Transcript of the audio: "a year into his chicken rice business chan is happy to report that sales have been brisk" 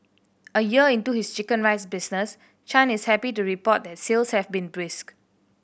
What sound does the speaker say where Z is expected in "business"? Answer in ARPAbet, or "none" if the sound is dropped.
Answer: S